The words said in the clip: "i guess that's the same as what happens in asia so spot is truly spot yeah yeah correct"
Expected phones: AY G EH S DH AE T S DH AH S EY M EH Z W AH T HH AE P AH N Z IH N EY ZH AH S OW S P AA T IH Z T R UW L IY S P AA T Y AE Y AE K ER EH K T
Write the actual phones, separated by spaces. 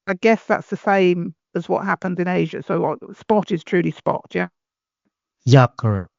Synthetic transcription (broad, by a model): AY G EH S DH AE T S DH AH S EY M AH Z W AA T HH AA P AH N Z IH N EY ZH AH S OW S P AA T IH Z T R UW L IY S P AA T Y AE Y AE K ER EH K T